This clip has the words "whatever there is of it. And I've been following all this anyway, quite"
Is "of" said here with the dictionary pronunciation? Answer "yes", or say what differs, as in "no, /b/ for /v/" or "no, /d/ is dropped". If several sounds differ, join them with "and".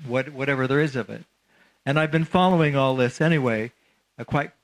yes